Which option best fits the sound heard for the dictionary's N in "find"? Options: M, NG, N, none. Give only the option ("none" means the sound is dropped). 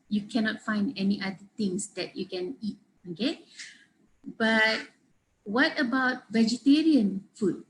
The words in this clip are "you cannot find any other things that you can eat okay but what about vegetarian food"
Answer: N